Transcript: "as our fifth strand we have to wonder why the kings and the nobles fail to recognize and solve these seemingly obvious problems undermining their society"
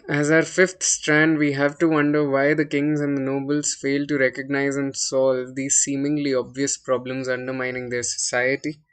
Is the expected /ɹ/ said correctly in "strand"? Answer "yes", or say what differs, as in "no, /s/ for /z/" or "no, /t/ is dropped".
yes